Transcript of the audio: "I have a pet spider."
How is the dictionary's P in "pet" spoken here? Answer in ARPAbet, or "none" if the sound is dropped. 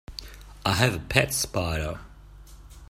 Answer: P